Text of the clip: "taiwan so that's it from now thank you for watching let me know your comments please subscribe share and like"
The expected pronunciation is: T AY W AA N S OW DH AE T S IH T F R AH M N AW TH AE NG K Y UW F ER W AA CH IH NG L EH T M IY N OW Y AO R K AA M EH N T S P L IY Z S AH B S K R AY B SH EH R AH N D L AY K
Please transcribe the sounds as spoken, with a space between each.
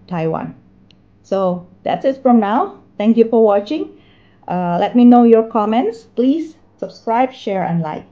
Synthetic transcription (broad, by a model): T AY W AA N S OW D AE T S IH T F R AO M N AW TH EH NG K Y UW F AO W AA CH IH NG L EH T M IY N OW Y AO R K AA M EH N T S P L IY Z S AH B S K R AY B SH EH R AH N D L AY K